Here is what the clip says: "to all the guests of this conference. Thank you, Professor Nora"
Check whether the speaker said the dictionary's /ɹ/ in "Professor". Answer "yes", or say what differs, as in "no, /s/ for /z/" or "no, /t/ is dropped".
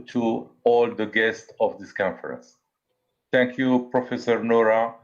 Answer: yes